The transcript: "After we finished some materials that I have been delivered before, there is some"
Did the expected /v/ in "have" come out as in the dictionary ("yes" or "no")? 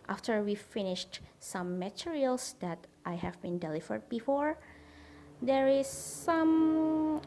yes